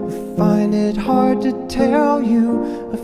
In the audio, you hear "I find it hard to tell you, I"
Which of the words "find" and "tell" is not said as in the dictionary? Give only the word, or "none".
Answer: none